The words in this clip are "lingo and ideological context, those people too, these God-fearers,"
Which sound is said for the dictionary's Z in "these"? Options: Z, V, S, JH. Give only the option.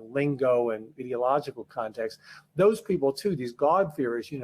Z